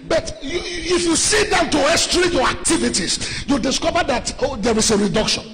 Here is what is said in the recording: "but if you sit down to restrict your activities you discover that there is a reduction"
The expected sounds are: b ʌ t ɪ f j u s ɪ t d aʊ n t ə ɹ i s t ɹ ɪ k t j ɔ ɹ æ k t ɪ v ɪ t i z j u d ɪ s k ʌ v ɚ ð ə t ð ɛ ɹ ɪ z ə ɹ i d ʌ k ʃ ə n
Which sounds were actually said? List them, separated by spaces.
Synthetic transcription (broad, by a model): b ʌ t ɪ f j u s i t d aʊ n t ə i s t ɹ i t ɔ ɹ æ k t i v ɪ t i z j u d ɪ s k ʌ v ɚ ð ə t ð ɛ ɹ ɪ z ə ɹ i d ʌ k ʃ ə n